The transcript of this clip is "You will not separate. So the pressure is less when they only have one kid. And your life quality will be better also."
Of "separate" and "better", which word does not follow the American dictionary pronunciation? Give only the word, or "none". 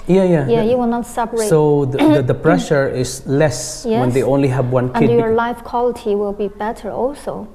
separate